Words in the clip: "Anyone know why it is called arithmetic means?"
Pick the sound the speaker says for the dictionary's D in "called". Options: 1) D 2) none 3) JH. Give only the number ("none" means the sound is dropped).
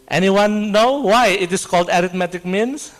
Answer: 1